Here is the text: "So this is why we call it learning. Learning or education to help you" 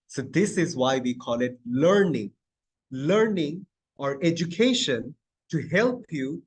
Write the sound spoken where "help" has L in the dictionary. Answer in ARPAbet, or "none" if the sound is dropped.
L